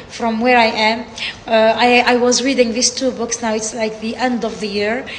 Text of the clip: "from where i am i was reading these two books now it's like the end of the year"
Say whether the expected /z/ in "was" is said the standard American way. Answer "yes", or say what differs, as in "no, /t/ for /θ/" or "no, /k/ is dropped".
yes